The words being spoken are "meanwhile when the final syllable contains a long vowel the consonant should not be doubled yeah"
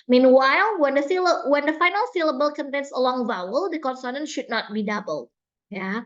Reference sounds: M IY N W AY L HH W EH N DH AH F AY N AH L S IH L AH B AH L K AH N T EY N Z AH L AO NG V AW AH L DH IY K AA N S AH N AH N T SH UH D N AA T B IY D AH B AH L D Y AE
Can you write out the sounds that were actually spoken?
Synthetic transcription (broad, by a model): M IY N W AY L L W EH N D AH F AY N AH L S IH L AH B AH L K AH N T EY N S AH L AO NG V AW AH L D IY K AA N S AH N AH N SH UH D N AA T B IY D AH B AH L Y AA